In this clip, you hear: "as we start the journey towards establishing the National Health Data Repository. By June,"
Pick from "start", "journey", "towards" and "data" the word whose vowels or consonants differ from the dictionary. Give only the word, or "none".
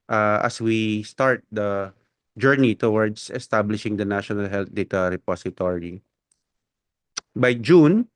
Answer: towards